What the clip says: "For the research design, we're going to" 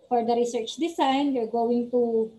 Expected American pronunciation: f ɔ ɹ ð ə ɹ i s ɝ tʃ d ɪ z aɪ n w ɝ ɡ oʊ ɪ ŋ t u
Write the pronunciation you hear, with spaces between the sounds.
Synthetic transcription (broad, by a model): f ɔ ɹ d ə ɹ i s ɝ tʃ d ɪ s aɪ n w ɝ ɡ oʊ ɪ ŋ t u